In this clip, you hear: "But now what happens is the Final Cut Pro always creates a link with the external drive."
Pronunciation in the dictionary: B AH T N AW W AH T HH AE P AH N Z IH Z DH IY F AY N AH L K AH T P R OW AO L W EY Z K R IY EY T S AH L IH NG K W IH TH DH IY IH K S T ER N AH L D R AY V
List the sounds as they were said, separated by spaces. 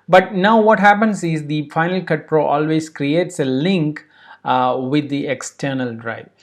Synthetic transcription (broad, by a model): B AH T N AW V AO T HH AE P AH N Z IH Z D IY F AY N AH L K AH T P R OW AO L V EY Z K R IY EY T S AH L IH NG K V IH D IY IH K S T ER N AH L D R AY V